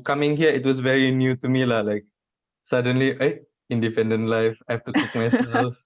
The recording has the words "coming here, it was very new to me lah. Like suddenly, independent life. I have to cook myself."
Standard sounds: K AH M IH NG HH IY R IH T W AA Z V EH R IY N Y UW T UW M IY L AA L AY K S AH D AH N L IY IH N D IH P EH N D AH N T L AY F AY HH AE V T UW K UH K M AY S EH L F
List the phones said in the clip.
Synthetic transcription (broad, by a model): K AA M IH NG HH IY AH IH T W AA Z V EH R IY N Y UW T UW M IY L AA L AY K S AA D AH N L IY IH N D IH P EH N D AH N T L AY F AY HH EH F T UW K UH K M AY S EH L